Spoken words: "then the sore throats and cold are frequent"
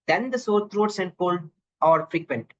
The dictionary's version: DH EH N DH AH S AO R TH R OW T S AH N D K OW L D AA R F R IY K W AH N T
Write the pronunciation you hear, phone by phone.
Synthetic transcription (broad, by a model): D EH N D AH S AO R T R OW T S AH N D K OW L AA R F R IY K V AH N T